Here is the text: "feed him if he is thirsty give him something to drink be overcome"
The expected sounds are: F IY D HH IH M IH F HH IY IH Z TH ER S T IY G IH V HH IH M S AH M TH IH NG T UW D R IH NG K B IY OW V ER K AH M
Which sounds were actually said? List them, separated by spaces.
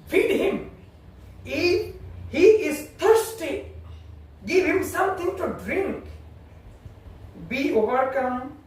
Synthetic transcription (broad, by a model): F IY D HH IH M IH HH IY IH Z T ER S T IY G IH V HH IH M S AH M T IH NG T UW D R IH NG K B IY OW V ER K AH M